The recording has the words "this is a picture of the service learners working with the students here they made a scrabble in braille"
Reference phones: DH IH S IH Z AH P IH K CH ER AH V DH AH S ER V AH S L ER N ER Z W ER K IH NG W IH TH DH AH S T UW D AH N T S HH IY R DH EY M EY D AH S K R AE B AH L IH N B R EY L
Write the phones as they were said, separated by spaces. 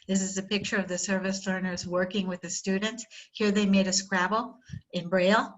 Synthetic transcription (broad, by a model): DH IH S IH Z AH P IH K CH ER AH V DH AH S ER V AH S L ER N ER Z W ER K IH NG W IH DH AH S T UW D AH N T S HH IY R DH EY M EY D AH S K R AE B L IH N B R EY L